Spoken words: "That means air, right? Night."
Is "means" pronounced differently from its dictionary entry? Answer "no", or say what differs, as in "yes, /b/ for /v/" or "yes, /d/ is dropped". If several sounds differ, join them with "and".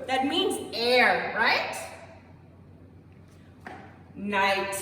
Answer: no